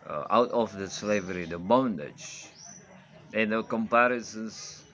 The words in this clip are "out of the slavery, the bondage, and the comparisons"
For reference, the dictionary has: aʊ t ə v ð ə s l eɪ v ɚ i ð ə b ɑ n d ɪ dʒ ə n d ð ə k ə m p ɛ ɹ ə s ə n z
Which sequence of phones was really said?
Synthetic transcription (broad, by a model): aʊ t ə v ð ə s l eɪ v ɚ i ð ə b ɑ n d ɪ dʒ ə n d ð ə k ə m p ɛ ɹ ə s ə n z